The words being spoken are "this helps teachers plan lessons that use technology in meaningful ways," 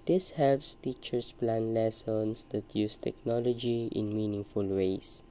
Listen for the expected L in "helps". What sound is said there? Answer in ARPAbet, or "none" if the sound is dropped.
L